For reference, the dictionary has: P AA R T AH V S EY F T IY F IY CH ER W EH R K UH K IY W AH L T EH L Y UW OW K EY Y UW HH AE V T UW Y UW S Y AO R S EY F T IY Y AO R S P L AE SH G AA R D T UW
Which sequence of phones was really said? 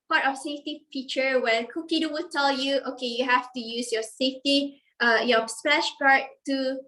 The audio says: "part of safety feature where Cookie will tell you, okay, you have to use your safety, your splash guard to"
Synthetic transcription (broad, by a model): P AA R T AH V S EY F T IY F IY CH ER W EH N K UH K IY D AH W T EH L Y UW OW K EY Y UW HH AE F T UW Y UW S Y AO S EY F T IY Y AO S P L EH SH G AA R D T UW